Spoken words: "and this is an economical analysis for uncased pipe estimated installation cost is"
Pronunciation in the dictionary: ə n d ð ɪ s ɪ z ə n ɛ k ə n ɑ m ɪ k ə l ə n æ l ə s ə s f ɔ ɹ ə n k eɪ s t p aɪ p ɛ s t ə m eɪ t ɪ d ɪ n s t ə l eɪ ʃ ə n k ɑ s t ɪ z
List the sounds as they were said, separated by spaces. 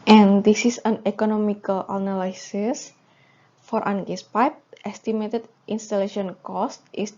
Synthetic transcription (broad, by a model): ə n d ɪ s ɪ s ə n ɛ k ə n ɑ m ɪ k ə l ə n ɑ l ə s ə s f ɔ ɹ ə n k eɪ s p aɪ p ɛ s t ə m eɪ t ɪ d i n s t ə l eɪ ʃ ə n k ɑ s t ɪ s